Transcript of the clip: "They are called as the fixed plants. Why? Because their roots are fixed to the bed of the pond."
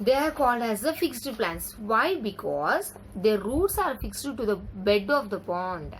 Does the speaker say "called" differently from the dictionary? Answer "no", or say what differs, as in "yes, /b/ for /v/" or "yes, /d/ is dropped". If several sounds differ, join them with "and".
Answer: no